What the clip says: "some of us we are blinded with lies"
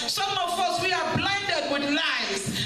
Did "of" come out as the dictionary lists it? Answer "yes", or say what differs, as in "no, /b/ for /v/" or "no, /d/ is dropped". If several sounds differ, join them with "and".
no, /f/ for /v/